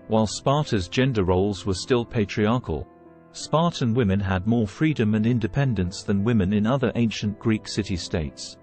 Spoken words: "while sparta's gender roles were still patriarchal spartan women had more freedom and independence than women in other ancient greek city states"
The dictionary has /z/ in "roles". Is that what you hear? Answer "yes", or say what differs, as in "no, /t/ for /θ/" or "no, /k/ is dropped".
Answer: yes